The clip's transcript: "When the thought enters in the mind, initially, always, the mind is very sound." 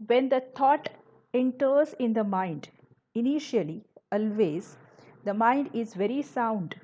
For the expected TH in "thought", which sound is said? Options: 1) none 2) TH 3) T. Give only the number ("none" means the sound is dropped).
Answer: 3